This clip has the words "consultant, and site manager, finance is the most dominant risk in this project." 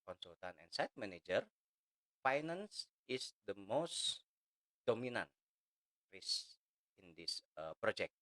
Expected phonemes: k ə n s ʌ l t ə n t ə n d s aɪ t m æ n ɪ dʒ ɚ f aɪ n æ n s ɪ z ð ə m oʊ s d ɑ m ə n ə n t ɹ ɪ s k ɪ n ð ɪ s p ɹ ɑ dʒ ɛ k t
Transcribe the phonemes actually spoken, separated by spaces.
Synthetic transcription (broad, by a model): k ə n s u l t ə n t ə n s aɪ t m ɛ n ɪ dʒ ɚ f aɪ n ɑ n s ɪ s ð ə m oʊ s d ɑ m ə n ə n t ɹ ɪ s ɪ n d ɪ s p ɹ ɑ dʒ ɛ k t